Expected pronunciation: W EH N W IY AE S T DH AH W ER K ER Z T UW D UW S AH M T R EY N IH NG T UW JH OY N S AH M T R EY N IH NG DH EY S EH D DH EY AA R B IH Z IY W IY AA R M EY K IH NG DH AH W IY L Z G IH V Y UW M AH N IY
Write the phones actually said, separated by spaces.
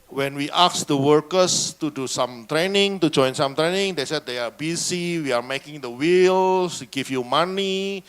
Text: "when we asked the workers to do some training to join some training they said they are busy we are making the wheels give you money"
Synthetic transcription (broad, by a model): W EH N W IY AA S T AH W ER K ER S T UW D UW S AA M T R EY N IH NG T UW JH OY N S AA M T R EY N IH NG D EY S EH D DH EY AA R B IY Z IY W IY AA R M EY K IH NG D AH W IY L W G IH F Y UW M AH N IY